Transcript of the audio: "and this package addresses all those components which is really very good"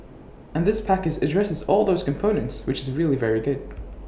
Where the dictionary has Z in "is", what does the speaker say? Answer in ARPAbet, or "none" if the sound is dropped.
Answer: Z